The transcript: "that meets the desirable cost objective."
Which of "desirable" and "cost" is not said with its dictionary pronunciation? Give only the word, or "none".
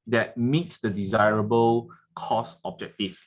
cost